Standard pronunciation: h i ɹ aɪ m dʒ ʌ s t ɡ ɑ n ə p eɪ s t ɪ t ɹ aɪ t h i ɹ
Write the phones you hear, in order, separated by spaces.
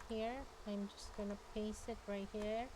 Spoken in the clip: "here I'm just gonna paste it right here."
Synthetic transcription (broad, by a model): h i ɹ aɪ m dʒ ʌ s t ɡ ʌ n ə p eɪ s ɪ t ɹ aɪ t h i ɹ